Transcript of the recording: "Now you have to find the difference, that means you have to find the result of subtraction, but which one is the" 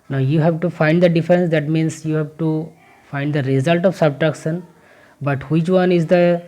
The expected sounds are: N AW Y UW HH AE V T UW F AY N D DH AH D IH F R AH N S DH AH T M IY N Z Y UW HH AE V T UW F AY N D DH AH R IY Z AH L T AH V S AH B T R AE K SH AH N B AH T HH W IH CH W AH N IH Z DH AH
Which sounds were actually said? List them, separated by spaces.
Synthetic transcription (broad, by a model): N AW Y UW HH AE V T UW F AY N D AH D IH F R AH N S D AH T M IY N S Y UW HH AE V T UW F AY N D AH R IY Z AH L T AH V S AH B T R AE K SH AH N B AH T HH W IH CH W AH N IH Z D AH